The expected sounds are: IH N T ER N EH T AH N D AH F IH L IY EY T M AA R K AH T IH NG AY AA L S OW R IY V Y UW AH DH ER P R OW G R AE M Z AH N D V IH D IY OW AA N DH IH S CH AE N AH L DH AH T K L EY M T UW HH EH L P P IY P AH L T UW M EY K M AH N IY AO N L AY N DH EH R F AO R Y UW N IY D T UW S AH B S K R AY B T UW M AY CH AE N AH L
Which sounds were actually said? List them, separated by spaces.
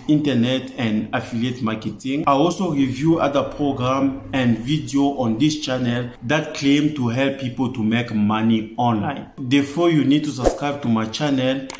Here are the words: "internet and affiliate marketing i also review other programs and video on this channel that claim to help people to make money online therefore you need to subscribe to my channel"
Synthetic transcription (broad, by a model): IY N T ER N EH T AH N D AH F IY L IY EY T M AA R K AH T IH NG AY AA L S OW R IY V Y UW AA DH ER P R OW G R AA M AH N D V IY D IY OW AA N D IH S CH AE N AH L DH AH T K L EY M T UW HH EH L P P IY P AH L T UW M EY K M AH N IY AO N L AY N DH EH F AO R Y UW N IY D T UW S AH B S K R AY B T UW M AY CH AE N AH L